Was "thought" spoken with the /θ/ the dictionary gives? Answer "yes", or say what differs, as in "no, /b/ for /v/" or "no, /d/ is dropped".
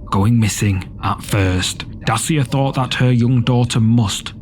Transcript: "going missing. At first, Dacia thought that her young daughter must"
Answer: yes